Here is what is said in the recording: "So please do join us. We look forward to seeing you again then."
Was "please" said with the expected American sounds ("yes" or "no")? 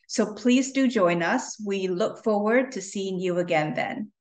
yes